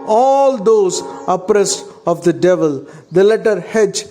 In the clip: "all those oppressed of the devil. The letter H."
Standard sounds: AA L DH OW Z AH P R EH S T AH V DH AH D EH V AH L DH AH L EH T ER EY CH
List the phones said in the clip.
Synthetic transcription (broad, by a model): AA L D OW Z AH P R EH S T AH V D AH D EH V AH L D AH L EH T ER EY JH